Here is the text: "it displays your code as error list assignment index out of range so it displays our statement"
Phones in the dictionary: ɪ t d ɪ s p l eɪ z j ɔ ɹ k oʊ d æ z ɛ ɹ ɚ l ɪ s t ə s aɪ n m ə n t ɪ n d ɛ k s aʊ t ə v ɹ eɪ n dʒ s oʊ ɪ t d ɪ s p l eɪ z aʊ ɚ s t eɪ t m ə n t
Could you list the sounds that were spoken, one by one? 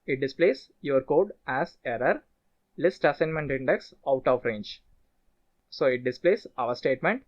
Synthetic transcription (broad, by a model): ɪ t d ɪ s p l eɪ s j ɔ ɹ k oʊ d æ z ɛ ɹ ɚ l ɪ s t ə s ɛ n m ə n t ɪ n d ɛ k s aʊ t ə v ɹ eɪ n dʒ s oʊ ɪ t d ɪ s p l eɪ s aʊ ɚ s t eɪ t m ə n t